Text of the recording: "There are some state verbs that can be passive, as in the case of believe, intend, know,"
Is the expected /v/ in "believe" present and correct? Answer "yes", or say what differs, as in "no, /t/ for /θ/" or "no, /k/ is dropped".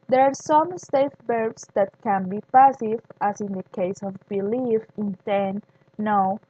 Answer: no, /f/ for /v/